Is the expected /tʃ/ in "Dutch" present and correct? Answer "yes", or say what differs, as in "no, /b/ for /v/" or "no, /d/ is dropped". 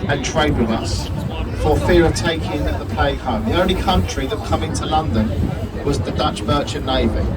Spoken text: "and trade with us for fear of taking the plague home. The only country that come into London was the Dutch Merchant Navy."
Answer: yes